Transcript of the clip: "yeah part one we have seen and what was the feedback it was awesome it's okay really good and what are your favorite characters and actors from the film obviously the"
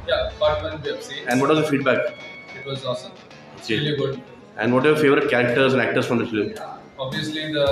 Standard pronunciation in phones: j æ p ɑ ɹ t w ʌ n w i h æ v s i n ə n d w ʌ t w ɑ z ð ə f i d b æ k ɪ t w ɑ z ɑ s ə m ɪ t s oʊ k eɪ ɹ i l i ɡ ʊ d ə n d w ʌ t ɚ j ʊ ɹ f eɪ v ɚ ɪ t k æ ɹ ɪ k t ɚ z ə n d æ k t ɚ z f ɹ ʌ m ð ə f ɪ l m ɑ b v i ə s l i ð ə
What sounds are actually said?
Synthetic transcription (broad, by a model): j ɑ b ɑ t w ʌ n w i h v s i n ə n d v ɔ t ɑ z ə f i d b æ k ɪ t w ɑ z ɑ s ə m oʊ k eɪ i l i ɡ ʊ d ə n d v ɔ t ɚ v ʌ ɹ f eɪ v ɚ ɪ t k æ ɹ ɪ k t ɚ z ə n d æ k t ɚ s f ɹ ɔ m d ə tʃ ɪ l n ɑ b v i ə s l i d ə